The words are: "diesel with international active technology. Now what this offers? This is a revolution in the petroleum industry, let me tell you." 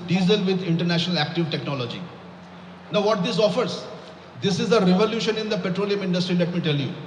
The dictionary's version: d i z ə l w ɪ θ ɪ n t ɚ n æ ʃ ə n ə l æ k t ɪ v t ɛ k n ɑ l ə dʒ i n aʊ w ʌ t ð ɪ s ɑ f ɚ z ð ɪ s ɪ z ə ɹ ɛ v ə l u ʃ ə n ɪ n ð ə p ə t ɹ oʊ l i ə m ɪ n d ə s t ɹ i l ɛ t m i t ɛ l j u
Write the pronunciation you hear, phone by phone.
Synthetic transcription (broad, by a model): d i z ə l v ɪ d ɪ n t ɚ n æ ʃ ə n ə l æ k t ɪ v t ɛ k n ɑ l ə dʒ i n aʊ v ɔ t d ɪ s ɑ f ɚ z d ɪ s ɪ z ə ɹ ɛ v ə l u ʃ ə n ɪ n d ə p ə t ɹ oʊ l i ə m ɪ n d ə s t ɹ i l ɛ t m i t ɛ l j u